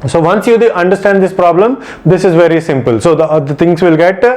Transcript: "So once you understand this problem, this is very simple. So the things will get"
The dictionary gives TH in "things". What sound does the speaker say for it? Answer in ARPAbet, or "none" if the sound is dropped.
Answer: T